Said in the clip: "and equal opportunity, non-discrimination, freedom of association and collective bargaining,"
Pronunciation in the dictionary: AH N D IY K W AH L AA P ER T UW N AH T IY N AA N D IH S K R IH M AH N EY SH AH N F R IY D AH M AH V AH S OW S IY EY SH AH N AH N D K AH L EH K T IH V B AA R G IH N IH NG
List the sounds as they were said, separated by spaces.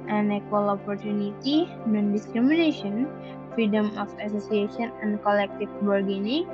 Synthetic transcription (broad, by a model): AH N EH K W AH L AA P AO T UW N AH T IY N AA N D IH S K R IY M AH N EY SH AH N F R IY D AH M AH F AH S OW S IY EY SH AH N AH N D K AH L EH K T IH F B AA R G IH N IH